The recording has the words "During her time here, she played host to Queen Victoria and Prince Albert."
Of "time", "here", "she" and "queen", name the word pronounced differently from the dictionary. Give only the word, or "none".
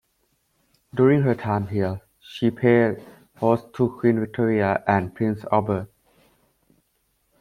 here